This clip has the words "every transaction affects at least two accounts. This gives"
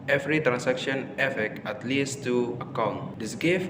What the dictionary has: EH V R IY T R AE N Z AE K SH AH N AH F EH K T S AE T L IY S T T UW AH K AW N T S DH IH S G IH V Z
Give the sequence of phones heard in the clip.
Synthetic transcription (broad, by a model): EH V R IY T R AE N S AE K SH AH N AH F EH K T AA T L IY S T T UW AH K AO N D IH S G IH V